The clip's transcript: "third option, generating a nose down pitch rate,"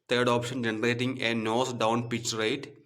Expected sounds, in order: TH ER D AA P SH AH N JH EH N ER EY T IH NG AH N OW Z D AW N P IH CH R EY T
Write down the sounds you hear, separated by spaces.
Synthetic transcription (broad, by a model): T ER D AA P SH AH N JH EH N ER EY T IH NG AH N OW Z D AW N P IH CH R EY T